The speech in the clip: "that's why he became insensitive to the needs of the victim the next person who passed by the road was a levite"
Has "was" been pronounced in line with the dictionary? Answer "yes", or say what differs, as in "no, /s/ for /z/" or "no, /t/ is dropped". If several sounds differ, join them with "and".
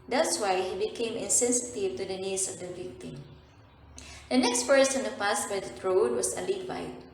no, /s/ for /z/